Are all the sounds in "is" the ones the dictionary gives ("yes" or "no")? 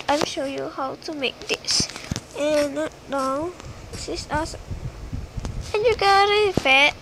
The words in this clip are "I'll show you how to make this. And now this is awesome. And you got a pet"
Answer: no